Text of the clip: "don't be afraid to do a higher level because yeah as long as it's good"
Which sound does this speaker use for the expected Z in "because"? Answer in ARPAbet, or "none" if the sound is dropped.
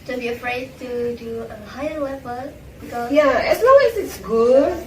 none